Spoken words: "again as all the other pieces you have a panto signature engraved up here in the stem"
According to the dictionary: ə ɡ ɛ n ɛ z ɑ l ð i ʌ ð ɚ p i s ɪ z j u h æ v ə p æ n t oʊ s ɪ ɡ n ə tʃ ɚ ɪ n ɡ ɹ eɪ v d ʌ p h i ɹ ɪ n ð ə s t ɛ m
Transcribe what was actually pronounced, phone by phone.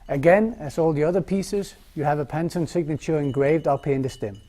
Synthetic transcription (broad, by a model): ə ɡ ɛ n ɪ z ɑ l ð i ʌ ð ɚ p i s ɪ z j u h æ v ə p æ n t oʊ s ɪ ɡ n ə tʃ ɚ ɪ n ɡ ɹ eɪ v d ʌ p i ɪ n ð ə s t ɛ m